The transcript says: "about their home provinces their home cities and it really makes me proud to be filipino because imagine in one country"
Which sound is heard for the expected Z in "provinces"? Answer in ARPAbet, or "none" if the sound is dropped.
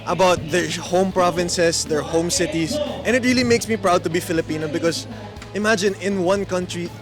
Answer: S